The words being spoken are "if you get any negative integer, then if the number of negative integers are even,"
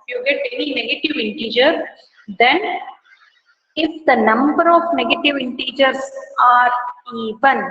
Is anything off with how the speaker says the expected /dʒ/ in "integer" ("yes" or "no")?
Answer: no